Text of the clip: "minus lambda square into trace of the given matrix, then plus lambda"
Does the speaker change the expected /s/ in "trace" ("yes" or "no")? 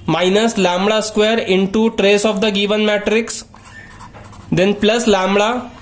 no